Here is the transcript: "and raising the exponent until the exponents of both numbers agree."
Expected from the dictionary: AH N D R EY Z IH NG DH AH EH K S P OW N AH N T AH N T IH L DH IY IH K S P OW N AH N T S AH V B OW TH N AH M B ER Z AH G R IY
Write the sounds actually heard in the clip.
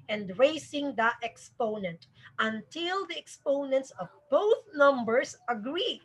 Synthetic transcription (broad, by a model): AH N D R EY S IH NG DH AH EH K S P OW N AH N T AH N T IH L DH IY IH K S P OW N AH N T S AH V B OW TH N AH M B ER S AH G R IY